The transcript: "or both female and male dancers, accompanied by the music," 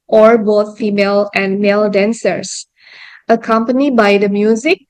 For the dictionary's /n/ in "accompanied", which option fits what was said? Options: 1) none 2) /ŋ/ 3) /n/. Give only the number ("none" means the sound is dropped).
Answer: 3